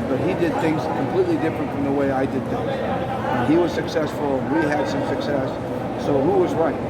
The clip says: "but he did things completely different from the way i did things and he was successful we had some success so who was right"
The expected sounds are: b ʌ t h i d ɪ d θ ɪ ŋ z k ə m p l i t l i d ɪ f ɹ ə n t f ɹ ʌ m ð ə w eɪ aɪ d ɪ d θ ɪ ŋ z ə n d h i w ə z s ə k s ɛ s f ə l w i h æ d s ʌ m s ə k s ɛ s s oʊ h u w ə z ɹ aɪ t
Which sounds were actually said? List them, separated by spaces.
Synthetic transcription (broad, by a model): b ʌ t h i d ɪ d θ ɪ ŋ z k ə m p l i t l i d ɪ f ɹ ə n t f ɹ ʌ m ð ə w eɪ aɪ d ɪ d θ ɪ ŋ z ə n i w ə z s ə k s ɛ s f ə n w i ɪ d s ʌ m s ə k s ɛ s s oʊ h u w ə z ɹ aɪ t